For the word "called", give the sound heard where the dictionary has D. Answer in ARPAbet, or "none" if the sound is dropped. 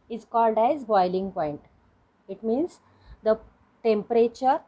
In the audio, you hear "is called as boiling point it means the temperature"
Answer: D